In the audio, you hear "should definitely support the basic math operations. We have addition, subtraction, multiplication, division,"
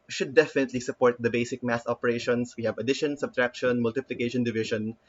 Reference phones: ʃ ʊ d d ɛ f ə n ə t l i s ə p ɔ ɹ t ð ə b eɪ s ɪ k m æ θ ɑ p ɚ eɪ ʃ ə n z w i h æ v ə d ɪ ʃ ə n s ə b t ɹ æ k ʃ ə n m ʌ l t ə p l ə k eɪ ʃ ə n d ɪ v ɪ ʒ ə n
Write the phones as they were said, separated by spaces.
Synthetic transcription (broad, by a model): ʃ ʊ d d ɛ f ə n ə t l i s ə p ɔ ɹ t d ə b eɪ s ɪ k m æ s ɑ p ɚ eɪ ʃ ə n s w i h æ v ə d ɪ ʃ ə n s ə b t ɹ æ k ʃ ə n m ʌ l t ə p l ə k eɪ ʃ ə n d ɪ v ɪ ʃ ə n